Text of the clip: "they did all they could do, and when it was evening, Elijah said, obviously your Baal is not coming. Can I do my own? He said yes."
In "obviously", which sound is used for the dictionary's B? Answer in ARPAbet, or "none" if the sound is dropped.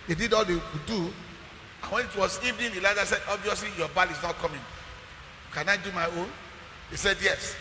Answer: B